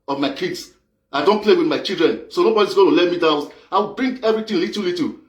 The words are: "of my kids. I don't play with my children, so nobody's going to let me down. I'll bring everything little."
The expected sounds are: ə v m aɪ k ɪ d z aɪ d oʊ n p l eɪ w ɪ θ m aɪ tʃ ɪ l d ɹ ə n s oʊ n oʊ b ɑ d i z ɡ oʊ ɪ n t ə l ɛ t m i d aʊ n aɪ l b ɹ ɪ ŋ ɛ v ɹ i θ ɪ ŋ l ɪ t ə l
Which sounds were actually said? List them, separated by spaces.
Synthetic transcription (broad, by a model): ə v m aɪ k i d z aɪ d oʊ n p l eɪ w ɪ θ m aɪ tʃ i l d ɹ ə n s oʊ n oʊ b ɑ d i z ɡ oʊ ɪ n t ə l ɛ t m i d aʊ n aɪ w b ɹ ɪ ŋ ɛ v ɹ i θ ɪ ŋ l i t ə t